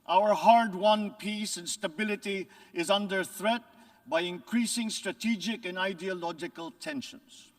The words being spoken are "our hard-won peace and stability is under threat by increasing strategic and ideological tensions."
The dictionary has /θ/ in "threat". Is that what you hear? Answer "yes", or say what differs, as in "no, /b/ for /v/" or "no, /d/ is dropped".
yes